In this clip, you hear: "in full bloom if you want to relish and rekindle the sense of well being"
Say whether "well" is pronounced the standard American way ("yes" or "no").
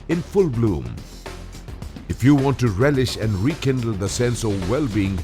yes